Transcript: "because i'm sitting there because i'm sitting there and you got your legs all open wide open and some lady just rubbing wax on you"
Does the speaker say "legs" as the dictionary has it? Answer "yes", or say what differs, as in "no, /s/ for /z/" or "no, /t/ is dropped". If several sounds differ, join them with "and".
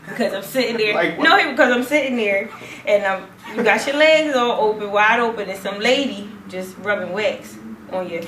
yes